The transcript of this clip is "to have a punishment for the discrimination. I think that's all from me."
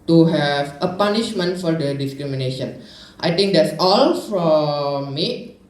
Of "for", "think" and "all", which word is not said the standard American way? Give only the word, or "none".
think